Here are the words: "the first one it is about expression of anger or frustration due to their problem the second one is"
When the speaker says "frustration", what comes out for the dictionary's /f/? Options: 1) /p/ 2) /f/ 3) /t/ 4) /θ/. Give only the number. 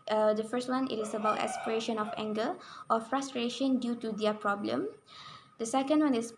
2